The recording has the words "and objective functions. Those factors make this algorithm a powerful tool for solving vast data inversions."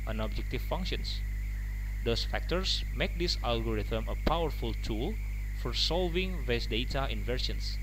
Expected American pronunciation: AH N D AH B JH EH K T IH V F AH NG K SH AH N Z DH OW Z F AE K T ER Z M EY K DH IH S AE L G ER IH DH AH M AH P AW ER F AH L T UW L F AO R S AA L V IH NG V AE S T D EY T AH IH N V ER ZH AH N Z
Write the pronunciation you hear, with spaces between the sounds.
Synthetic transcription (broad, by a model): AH N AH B JH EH K T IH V F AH NG K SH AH N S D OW S F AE K T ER S M EY K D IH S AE L G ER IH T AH M AH P AW ER F AH L T UW L F AO R S AA L V IH NG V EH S D EY T AH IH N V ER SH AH N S